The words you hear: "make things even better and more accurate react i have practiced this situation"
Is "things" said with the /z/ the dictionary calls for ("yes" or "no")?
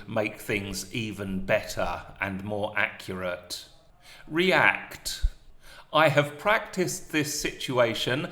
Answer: yes